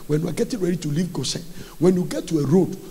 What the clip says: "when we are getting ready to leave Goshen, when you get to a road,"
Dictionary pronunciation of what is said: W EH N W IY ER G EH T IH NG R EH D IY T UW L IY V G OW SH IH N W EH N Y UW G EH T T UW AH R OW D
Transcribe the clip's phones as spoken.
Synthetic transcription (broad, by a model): W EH N W IY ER G EH T IH NG R EH D IY T UW L IY V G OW S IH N W EH N Y UW G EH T T UW AH R OW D